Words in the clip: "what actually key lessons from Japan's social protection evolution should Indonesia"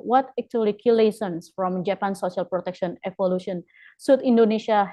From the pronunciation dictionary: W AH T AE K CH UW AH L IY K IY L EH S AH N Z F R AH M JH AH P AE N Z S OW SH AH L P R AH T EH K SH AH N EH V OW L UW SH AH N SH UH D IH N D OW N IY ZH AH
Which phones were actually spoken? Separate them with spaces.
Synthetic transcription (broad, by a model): W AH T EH K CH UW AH L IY K IY L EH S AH N S F R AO M JH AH P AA N S OW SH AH L P R AH T EH K SH AH N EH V OW L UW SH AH N S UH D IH N D OW N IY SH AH